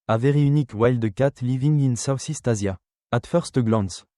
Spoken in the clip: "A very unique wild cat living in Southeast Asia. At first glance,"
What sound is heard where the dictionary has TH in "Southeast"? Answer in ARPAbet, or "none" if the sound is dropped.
S